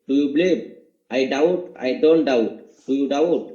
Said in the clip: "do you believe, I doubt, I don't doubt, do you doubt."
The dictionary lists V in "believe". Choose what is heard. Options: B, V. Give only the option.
B